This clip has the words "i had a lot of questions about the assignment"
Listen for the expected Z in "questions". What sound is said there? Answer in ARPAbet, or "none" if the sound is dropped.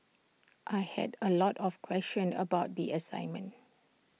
none